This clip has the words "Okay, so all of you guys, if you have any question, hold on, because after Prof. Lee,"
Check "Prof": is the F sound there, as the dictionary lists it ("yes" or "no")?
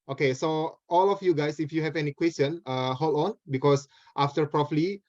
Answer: no